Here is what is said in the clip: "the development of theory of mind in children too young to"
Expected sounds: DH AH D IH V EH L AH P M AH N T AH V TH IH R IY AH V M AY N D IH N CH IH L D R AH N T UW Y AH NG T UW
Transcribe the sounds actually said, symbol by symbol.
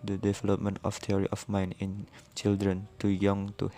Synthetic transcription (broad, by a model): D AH D IH V EH L AH P M AH N T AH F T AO R IY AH F M AY N IH N CH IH L D R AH N T UW Y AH NG T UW